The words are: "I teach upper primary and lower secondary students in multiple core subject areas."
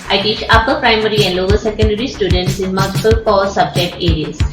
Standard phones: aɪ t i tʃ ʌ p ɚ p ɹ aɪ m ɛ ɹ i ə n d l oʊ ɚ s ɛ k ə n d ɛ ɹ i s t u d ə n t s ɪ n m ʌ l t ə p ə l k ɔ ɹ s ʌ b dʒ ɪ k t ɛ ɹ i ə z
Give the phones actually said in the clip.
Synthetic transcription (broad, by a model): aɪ t i tʃ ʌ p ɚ p ɹ aɪ m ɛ ɹ i ə n d l oʊ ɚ s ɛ k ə n d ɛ ɹ i s t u d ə n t s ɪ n m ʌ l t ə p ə l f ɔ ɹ s ʌ b dʒ ɪ k t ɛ ɹ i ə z